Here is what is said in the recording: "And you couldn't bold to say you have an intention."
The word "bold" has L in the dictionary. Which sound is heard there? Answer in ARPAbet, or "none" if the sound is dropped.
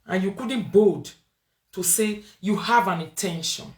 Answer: none